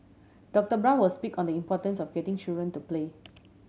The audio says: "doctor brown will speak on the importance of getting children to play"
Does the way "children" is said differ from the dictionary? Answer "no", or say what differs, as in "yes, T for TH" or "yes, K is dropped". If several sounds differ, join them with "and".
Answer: yes, L is dropped